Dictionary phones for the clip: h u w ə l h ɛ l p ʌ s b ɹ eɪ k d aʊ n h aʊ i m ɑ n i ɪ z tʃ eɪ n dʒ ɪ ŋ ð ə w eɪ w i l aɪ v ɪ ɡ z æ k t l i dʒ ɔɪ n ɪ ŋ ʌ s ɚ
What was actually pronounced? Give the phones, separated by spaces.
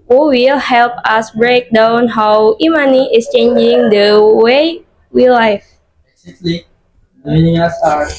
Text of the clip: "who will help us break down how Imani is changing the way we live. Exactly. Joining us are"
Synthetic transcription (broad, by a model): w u w ə l h ɛ l p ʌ s b ɹ eɪ k d aʊ n h aʊ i m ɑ n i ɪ s tʃ eɪ n dʒ ɪ ŋ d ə w eɪ w i l aɪ b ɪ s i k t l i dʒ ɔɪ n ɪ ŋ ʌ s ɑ